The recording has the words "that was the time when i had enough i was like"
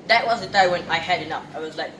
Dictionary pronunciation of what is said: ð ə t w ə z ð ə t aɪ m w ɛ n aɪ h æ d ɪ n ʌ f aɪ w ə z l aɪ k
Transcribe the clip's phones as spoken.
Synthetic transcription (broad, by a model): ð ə t w ə z ð ə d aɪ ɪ w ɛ n aɪ h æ d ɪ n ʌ p aɪ w ə z l aɪ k